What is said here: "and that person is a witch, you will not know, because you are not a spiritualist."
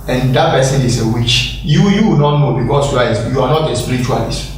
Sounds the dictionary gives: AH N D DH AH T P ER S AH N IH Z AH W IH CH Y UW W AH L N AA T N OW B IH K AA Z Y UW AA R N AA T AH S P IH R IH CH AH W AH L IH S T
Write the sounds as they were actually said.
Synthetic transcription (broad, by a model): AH N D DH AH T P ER S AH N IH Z AH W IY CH Y UW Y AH W N AA T N OW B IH K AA S Y UW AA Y N AA T AH S P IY R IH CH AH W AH L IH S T